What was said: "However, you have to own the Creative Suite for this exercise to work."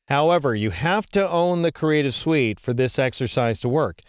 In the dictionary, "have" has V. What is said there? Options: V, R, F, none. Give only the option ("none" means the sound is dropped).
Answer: F